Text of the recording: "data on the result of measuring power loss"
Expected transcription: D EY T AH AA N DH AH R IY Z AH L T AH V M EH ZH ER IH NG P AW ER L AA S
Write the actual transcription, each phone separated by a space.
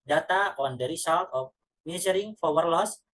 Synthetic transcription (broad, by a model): D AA T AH AA N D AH R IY S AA L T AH F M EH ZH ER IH NG F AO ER L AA S